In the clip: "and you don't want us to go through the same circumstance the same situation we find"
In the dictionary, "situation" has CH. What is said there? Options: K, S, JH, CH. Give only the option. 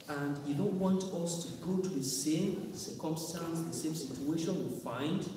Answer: CH